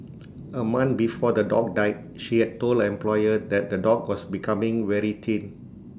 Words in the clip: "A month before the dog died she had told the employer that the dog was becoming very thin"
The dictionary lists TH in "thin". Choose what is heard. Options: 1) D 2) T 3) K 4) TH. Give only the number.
2